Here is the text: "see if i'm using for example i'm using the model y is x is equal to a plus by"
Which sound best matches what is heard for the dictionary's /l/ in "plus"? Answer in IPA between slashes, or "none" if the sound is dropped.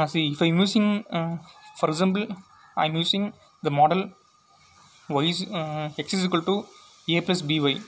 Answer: /l/